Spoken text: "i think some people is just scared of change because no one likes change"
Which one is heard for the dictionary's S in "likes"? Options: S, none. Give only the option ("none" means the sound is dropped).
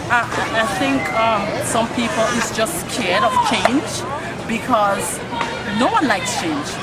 S